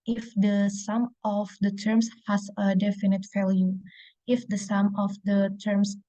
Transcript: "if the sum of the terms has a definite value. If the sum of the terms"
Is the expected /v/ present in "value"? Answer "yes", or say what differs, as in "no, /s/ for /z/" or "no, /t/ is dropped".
no, /f/ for /v/